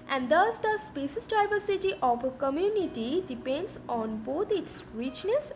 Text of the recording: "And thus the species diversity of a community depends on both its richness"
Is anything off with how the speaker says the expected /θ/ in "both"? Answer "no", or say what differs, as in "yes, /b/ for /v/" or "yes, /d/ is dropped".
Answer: yes, /t/ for /θ/